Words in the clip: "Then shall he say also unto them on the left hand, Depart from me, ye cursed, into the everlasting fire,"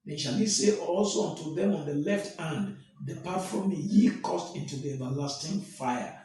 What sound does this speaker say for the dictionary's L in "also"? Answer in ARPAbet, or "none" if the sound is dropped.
L